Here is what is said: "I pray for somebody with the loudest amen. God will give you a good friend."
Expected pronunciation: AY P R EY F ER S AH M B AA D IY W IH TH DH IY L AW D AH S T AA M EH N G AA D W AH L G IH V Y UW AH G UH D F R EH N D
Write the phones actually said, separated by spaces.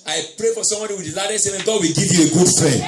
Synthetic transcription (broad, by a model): AY P R EY F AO S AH M B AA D IY W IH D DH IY L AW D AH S AA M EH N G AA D W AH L G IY V Y UW AH G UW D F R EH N